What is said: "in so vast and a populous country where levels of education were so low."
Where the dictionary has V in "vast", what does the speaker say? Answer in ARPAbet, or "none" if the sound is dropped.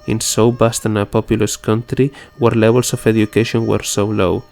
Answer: B